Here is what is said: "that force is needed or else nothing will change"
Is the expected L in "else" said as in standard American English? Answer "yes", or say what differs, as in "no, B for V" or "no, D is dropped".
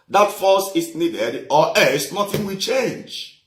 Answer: no, L is dropped